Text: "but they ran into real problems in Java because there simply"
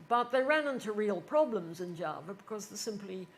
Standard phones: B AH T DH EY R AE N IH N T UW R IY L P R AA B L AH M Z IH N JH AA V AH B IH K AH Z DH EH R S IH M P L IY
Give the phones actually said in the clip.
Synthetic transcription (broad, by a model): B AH T DH EY R AE N IH N T UW R IY L P R AA B L AH M Z IH N JH AA V AH B IH K AH Z DH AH S IH M P L IY